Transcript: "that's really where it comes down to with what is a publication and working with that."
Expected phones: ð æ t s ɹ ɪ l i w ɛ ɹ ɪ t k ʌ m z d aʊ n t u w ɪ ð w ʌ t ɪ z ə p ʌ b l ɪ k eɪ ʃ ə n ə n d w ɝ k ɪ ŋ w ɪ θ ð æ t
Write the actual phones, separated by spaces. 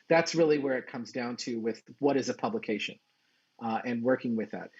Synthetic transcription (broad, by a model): ð æ t s ɹ ɪ l i w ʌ ɹ ɪ t k ʌ m z d aʊ n t u w ɪ ð w ʌ t ɪ z ə p ʌ b l ɪ k eɪ ʃ ə n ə n w ɝ k ɪ ŋ w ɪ ð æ t